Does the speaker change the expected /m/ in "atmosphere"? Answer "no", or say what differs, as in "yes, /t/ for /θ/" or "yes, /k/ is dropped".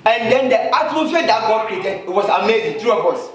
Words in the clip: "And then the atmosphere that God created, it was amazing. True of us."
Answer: yes, /m/ is dropped